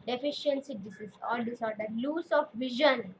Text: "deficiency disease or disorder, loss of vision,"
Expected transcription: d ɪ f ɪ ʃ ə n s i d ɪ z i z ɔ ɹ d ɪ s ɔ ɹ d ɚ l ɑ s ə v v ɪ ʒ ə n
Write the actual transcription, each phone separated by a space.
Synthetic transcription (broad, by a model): d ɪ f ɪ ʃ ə n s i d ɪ s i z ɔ l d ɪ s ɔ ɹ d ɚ l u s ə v v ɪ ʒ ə n